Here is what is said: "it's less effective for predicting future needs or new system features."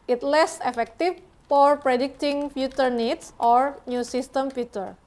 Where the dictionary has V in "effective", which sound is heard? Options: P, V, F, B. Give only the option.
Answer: F